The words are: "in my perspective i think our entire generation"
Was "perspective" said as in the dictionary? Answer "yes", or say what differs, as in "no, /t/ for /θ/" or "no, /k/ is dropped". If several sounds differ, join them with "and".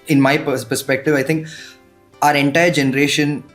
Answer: yes